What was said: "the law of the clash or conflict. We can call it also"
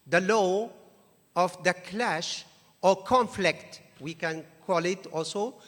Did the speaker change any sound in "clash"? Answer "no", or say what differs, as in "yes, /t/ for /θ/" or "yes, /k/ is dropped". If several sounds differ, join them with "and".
no